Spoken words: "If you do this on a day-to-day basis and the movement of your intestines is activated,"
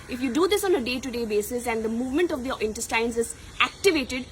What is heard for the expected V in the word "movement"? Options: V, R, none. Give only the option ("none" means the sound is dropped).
V